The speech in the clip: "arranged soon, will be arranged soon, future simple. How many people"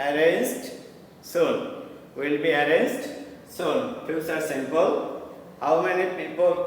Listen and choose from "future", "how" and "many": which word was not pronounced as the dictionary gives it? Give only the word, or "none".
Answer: future